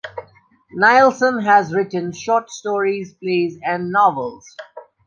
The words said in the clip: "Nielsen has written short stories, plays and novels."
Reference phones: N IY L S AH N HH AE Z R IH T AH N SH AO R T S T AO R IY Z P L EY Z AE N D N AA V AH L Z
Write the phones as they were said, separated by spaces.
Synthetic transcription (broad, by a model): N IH L S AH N HH AE Z R IH T AH N SH AO T S T AO R IY Z P L EY Z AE N D N AA V AH L Z